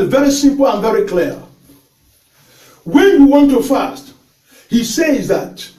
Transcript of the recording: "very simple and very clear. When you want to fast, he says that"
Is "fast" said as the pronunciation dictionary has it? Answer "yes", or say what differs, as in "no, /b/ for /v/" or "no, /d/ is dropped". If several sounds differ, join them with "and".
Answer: yes